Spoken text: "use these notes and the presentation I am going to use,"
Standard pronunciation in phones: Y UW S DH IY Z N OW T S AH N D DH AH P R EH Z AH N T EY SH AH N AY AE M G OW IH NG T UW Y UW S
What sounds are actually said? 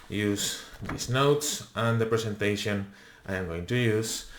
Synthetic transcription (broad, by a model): Y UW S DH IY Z N OW T S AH N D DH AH P R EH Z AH N T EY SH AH N AY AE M G OW IH NG T UW Y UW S